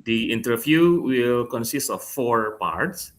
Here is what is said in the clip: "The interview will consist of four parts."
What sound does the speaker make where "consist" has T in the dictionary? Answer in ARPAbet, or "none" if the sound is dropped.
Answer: T